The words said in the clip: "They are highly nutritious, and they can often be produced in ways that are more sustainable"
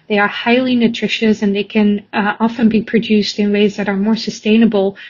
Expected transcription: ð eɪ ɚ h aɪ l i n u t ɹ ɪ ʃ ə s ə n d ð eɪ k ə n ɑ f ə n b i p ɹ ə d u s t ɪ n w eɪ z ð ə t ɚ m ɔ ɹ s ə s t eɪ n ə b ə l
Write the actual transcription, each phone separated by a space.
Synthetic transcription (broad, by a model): ð eɪ ɚ h aɪ l i n u t ɹ ɪ ʃ ə s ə n ð eɪ k ə n ɑ f ə n b i p ɹ ə d u s t ɪ n w eɪ z ð ə t ɚ m ɔ ɹ s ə s t eɪ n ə b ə l